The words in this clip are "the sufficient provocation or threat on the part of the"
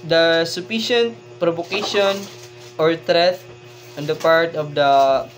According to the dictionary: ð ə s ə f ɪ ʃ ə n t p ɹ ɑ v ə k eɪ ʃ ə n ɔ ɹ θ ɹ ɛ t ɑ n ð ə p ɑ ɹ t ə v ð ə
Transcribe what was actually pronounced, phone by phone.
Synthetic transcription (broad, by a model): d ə s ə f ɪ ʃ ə n t p ɹ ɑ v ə k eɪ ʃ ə n ɔ ɹ t ɹ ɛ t ɑ n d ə p ɑ ɹ t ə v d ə